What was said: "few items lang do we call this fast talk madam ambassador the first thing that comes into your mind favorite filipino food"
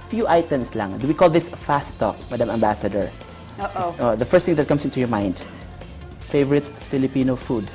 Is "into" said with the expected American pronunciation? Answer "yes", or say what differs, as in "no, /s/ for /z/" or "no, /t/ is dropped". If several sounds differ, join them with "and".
yes